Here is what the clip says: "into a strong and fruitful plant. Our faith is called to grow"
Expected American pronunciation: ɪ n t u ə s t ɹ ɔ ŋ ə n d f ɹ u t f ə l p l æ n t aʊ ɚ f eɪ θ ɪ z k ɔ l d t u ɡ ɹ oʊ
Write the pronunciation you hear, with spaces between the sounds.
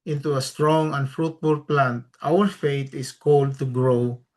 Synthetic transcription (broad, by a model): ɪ n t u ə s t ɹ ɔ ŋ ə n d f ɹ u t f ə l p l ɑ n t aʊ ɚ f eɪ t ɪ s k ɔ l d t u ɡ ɹ oʊ